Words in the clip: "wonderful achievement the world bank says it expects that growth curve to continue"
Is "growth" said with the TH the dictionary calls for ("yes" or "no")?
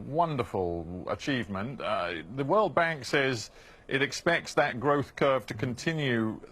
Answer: yes